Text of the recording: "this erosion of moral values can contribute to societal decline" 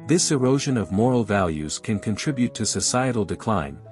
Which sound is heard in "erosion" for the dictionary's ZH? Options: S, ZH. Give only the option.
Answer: ZH